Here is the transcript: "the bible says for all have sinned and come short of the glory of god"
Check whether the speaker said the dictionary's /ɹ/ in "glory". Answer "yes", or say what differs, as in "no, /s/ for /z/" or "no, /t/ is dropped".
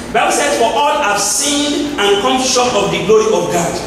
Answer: yes